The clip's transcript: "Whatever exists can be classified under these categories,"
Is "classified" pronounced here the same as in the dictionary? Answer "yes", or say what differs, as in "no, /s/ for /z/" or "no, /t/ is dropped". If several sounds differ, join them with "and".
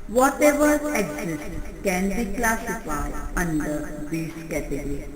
no, /d/ is dropped